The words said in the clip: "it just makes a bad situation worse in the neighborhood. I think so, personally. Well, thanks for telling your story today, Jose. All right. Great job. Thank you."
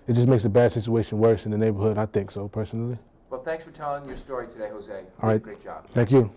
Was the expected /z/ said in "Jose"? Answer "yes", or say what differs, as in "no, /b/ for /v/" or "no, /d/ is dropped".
yes